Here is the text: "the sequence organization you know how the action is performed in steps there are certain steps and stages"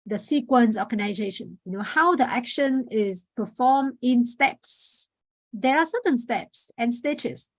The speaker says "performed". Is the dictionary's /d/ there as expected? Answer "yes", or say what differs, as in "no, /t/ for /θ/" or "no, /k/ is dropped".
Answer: no, /d/ is dropped